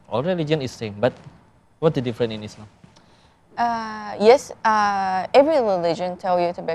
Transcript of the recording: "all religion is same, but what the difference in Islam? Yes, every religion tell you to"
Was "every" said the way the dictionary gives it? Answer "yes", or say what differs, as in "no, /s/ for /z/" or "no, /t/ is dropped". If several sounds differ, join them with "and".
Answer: yes